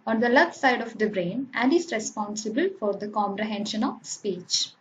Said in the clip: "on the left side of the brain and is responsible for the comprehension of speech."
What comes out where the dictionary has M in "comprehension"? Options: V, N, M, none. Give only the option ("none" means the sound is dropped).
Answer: M